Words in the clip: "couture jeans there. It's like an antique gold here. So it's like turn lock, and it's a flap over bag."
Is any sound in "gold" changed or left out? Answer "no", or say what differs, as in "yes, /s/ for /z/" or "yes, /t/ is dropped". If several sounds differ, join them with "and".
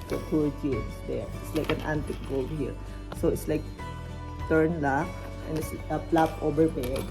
yes, /l/ is dropped